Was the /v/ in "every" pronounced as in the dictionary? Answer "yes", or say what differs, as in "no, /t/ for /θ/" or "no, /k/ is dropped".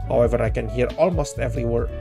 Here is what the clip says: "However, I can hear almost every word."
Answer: yes